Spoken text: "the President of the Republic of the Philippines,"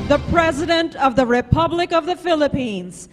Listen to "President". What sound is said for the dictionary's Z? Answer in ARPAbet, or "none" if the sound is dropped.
Z